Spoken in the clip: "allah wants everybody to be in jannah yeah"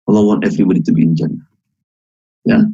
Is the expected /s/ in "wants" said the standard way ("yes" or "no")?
no